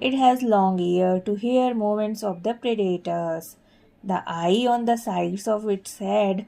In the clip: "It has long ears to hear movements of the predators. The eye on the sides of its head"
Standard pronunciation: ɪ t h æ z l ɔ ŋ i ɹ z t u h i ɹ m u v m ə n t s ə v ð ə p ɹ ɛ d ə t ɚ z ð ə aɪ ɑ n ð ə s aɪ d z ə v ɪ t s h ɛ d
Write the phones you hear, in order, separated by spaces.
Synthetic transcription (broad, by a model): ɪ t h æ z l ɔ ŋ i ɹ t u h i ɹ m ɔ m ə n t s ə v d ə p ɹ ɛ d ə t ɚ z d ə aɪ ɑ n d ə s aɪ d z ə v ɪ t s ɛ d